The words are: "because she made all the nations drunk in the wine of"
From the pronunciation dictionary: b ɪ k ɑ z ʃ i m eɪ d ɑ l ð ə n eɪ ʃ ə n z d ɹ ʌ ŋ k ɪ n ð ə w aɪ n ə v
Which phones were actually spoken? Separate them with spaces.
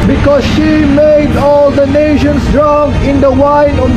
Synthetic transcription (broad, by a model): b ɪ k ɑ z ʃ i m eɪ d ɑ l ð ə n eɪ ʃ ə n s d ɹ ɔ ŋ ɪ n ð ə w aɪ n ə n